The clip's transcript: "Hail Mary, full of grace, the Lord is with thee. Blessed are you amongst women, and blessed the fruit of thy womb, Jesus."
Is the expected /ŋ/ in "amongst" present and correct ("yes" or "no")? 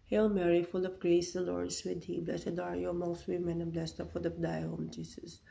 no